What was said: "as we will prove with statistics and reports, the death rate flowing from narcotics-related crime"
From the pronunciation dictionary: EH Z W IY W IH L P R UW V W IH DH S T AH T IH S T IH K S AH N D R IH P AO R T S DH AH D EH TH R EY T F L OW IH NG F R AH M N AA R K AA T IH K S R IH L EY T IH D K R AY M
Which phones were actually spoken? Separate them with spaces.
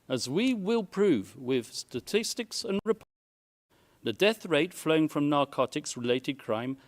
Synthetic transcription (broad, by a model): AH Z W IY W IH L P R UW V W IH DH S T AH T IH S T IH K S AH N R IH P AO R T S DH AH D EH TH R EY T F L OW IH NG F R AH M N AA R K AA T IH K S R IH L EY T IH D K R AY M